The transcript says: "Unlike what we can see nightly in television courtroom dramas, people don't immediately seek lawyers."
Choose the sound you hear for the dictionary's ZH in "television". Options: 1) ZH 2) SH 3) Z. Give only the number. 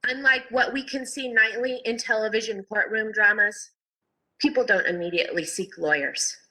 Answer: 1